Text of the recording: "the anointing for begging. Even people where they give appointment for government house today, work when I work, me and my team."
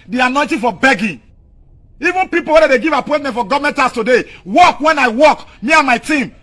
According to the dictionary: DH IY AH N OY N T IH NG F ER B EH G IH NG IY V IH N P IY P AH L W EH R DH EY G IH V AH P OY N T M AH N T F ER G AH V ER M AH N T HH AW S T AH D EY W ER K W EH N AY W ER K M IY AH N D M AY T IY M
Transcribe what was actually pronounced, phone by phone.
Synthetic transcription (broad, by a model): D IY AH N OY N T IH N F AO B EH G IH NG IY V IH N P IY P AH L W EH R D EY G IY V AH P OY T M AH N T F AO G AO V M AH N T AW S T AH D EY W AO K W EH N AY W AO K M IY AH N M AY T IY M